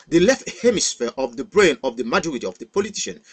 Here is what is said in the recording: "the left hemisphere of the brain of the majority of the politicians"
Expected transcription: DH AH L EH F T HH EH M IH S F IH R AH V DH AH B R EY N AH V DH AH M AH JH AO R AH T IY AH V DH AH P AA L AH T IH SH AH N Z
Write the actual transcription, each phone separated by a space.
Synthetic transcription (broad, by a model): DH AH L EH F T HH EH M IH S F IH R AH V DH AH B R EY N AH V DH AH M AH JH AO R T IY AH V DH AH P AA L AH T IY SH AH N